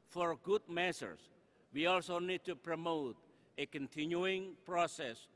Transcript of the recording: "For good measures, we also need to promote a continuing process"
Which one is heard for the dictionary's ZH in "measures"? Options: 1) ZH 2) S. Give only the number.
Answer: 2